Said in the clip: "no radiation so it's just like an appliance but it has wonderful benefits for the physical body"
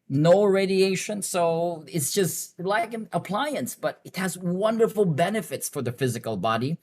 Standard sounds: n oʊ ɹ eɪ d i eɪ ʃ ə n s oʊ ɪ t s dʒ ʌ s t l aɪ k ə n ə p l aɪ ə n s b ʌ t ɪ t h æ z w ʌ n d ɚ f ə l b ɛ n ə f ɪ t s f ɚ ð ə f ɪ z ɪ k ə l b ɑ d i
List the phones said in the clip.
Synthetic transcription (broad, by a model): n oʊ ɹ eɪ d i eɪ ʃ ə n s oʊ ɪ t s dʒ ʌ s t l aɪ k ə n ə p l aɪ ə n s b ʌ t ɪ t h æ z w ʌ n d ɚ f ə l b ɛ n ə f ɪ t s f ɚ ð ə f ɪ z ɪ k ə l b ɑ d i